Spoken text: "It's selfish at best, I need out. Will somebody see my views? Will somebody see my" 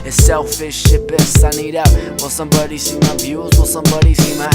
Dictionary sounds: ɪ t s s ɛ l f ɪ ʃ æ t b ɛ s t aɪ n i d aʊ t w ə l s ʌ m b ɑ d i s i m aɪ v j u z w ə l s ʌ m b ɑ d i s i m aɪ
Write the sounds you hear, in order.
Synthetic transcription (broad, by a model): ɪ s s ɛ l f ɪ ʃ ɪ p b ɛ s aɪ n i d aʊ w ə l s ʌ m b ɑ d i s i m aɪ b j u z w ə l s ʌ m b ɑ d i s i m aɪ